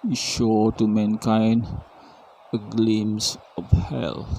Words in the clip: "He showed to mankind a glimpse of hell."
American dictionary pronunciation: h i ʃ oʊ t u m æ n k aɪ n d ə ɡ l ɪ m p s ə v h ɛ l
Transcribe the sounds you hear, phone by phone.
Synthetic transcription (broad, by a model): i ʃ oʊ t u m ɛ n k aɪ n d ə ɡ l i m s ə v h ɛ l